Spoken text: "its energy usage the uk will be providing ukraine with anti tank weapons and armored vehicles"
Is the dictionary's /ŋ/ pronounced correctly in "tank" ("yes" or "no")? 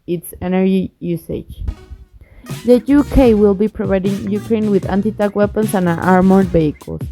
no